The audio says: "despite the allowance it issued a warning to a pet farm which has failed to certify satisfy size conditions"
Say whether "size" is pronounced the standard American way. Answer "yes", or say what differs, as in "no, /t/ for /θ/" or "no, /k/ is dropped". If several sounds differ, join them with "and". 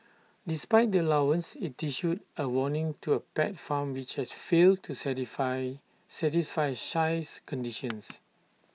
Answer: no, /ʃ/ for /s/